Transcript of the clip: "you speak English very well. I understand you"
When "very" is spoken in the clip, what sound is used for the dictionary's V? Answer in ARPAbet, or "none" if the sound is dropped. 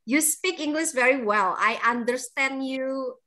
V